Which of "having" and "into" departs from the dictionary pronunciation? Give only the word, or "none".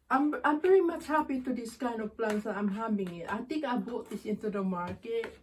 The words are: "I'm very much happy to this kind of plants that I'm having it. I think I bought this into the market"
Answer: having